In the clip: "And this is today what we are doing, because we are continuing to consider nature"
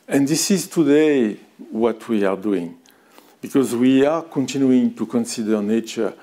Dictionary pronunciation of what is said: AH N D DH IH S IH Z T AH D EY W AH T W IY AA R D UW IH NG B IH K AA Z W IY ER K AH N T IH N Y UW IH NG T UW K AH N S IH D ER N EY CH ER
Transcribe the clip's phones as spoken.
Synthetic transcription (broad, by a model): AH N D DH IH S IH Z T AH D EY W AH T W IY AA R D UW IH NG B IH K AA Z W IY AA K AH N T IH N Y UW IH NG T UW K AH N S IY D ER N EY CH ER